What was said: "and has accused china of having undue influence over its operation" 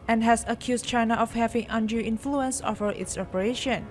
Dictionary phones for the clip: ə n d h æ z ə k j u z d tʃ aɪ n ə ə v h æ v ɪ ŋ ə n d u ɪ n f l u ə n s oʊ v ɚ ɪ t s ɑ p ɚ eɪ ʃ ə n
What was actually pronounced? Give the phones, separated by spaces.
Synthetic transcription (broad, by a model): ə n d h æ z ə k j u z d tʃ aɪ n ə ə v h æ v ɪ ŋ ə n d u ɪ n f l u ə n s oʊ f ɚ ɪ t s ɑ p ɚ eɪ ʃ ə n